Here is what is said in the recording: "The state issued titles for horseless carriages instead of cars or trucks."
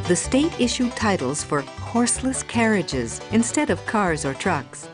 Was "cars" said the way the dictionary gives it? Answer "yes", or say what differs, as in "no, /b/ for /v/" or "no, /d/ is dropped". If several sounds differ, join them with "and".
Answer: yes